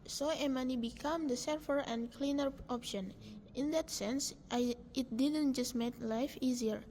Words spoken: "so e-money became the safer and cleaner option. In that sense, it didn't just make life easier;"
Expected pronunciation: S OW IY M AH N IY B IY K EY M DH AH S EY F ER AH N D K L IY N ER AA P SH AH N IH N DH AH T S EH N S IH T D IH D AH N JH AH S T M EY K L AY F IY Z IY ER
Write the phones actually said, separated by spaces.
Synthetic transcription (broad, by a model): S OW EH M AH N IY B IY K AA M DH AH S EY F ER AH N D K L IY N ER AA P SH AH N IH N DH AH T S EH N S IH T D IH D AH N JH AH S T M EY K L AY F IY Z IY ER